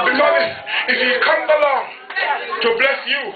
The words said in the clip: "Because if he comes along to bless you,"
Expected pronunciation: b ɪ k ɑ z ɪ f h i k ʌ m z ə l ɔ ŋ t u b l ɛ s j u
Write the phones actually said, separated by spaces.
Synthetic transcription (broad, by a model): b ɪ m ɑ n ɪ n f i k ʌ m ə l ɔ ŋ t u b l ɛ s j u